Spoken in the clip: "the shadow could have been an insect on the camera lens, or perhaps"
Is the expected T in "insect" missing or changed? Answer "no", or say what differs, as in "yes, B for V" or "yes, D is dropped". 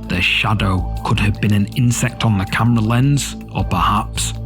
no